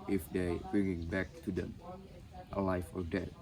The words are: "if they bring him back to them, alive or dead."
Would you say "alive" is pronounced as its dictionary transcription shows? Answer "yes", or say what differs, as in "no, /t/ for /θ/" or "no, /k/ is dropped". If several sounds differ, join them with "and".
no, /f/ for /v/